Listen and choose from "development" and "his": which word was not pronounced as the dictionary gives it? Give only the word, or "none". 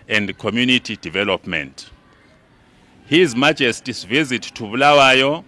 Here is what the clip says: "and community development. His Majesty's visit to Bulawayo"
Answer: none